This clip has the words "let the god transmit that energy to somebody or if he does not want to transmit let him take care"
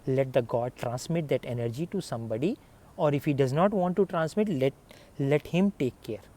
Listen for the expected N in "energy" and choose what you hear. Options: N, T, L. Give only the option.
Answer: N